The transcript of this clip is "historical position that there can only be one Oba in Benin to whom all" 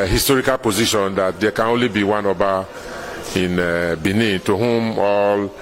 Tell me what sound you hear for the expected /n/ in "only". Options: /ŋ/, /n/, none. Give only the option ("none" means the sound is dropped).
/n/